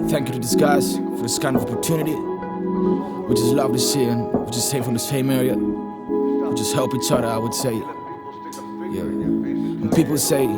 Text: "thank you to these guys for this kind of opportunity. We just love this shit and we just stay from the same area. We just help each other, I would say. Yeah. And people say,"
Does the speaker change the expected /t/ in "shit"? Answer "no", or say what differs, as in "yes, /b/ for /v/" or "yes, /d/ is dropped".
yes, /t/ is dropped